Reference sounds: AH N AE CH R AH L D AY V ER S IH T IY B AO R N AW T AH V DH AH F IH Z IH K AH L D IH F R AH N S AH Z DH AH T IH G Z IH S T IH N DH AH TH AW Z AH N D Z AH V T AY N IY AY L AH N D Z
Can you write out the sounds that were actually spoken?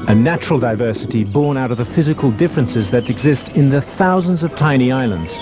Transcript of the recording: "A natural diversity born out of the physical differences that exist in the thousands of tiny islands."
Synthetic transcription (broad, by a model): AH N AE CH R AH L D AY V ER S IH T IY B AO R N AW T AH V DH AH F IH Z IH K AH L D IH F R AH N S AH Z DH AH T IH G Z IH S T IH N DH AH TH AW Z AH N D Z AH V T AY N IY AY L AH N D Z